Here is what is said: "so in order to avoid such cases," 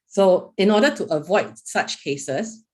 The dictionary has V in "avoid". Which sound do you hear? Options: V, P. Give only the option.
V